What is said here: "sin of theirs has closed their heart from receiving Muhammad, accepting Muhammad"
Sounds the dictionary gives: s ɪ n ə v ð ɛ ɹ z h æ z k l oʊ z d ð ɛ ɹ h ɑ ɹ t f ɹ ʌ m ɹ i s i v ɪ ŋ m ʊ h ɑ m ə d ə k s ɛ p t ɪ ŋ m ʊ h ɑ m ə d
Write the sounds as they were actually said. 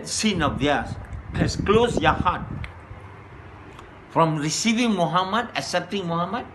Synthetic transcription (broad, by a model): s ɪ n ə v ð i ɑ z h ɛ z k l oʊ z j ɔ h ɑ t f ɹ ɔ m ɹ i s i v ɪ ŋ m ʊ h ɑ m ə d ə s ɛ p t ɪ ŋ m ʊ h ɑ m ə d